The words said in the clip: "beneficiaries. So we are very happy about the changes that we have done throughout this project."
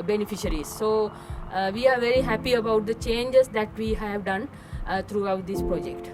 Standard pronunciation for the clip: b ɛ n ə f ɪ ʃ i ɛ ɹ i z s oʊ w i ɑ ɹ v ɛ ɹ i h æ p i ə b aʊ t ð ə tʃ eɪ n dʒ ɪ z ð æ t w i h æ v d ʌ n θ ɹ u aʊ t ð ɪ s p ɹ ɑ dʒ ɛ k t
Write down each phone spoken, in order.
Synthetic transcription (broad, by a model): b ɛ n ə f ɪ ʃ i ɹ i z s oʊ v i ɑ ɹ v ɛ ɹ i h æ p i ə b aʊ t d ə tʃ eɪ n dʒ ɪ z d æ t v i h æ v d ʌ n t ɹ u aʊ t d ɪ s p ɹ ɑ dʒ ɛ k t